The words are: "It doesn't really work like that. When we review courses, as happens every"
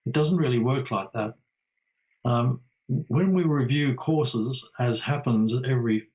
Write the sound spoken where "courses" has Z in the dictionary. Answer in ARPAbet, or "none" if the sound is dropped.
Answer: Z